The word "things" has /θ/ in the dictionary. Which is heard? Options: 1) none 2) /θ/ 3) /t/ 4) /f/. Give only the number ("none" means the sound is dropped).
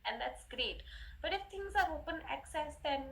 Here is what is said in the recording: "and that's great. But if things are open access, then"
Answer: 3